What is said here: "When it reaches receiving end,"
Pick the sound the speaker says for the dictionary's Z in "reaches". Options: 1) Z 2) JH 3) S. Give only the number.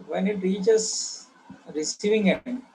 3